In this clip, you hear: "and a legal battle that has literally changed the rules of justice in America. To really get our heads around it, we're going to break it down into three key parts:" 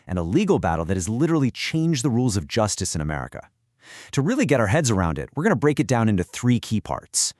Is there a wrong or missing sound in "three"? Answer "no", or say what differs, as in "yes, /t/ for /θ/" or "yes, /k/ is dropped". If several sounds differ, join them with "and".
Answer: no